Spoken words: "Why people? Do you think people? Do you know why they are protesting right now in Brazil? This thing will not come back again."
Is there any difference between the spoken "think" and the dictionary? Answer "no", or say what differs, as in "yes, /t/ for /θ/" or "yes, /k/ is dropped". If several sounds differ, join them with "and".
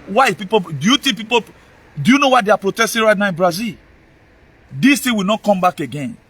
yes, /t/ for /θ/